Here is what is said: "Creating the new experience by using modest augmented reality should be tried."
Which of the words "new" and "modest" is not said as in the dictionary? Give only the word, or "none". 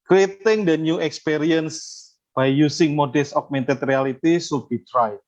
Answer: modest